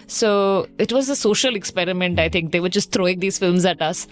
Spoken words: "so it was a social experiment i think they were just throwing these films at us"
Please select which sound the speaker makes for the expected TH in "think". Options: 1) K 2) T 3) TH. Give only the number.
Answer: 2